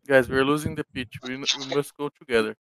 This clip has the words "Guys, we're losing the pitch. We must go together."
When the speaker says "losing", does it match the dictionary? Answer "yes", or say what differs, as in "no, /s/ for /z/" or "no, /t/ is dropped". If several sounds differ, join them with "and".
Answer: yes